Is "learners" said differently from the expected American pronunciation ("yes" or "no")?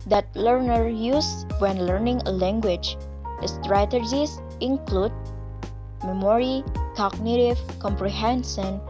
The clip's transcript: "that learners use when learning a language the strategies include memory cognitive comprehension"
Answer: yes